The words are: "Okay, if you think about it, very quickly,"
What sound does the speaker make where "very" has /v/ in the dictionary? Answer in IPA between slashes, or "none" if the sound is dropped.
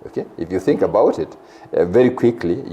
/v/